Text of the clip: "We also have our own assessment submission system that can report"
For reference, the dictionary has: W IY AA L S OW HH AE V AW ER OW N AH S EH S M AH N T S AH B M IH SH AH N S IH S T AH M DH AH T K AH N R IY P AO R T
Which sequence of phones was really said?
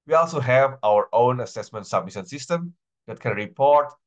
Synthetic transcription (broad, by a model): W IY AA L S OW HH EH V AW ER OW N AH S EH S M AH N T S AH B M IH S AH N S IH S T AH M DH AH T K AH N R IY P AO R T